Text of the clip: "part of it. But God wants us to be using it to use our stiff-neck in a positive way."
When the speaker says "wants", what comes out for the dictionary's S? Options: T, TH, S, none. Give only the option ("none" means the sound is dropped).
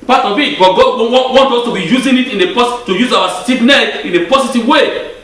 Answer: none